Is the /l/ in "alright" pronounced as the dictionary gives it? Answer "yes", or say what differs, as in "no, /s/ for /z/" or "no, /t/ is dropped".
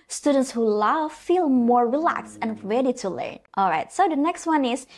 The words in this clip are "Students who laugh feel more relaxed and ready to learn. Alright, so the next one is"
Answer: yes